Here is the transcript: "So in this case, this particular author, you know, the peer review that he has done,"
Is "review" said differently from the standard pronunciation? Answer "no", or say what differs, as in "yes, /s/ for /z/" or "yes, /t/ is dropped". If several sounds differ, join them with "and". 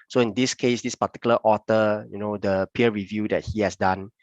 no